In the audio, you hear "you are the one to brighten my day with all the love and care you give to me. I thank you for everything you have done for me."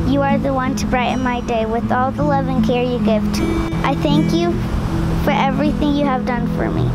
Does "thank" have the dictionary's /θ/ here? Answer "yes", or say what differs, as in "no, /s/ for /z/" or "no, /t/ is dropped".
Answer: yes